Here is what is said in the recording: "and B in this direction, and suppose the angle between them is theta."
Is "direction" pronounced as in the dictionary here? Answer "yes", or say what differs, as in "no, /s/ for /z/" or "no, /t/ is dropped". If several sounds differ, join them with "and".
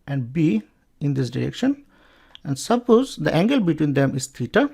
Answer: yes